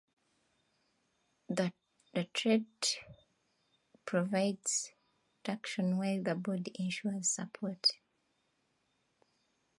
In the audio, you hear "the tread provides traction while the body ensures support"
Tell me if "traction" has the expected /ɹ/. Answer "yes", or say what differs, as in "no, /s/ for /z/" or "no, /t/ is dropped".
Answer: no, /ɹ/ is dropped